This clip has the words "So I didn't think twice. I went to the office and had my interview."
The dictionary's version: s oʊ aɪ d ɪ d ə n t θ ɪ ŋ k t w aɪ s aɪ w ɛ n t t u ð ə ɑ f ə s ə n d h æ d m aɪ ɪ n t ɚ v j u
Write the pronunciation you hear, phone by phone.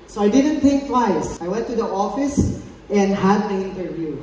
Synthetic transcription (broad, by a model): s oʊ aɪ d ɪ d ə n t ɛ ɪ k t w aɪ s aɪ w ɛ n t t u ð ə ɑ f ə s ə n d h æ d m aɪ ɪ n t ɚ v j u